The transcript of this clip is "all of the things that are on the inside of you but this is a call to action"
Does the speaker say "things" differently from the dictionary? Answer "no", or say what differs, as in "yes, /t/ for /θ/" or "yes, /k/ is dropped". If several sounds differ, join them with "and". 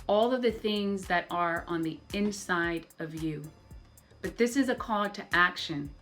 no